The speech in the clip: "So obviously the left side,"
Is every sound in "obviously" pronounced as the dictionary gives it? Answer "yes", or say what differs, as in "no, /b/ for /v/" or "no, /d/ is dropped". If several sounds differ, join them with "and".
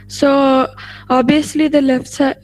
no, /v/ is dropped